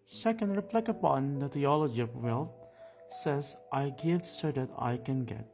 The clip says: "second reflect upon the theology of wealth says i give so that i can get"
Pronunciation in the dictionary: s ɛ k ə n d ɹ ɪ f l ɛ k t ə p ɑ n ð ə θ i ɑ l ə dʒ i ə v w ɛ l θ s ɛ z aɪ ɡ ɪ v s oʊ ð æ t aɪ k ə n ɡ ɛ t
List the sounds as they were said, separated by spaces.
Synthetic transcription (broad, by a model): s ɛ k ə n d ɹ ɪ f l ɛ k ə p ɑ n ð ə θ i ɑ l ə dʒ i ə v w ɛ l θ s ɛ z aɪ ɡ ɪ v s oʊ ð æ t aɪ k ə n ɡ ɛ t